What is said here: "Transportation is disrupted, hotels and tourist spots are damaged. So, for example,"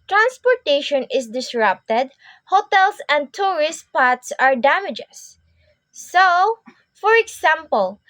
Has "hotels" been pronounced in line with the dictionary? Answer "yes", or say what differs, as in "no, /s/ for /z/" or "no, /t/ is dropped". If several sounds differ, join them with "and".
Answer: no, /s/ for /z/